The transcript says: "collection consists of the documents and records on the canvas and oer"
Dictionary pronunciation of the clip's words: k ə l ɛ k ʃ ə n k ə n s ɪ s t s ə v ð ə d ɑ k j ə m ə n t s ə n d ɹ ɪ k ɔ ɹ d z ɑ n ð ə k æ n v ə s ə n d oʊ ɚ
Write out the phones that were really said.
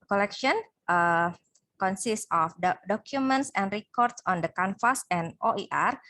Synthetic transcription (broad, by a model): k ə l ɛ k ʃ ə n k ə n s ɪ s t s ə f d d ɑ k j ə m ə n t s ə n d ɹ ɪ k ɔ ɹ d s ɑ n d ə k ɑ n f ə s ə n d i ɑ